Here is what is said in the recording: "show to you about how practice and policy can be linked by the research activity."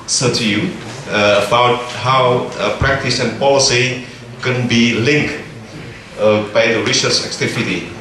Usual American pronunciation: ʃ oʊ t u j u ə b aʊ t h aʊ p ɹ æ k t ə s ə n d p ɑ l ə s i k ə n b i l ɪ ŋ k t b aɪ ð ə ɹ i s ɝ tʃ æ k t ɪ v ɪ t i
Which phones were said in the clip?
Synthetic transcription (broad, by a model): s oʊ t u j u ə b aʊ t h aʊ p ɹ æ k t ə s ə n p ɑ l ə s i k ə n b i l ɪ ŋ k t b aɪ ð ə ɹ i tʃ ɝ s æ k t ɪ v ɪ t i